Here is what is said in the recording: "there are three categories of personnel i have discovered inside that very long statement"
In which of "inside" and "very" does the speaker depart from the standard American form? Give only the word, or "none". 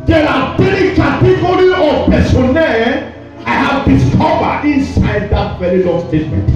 very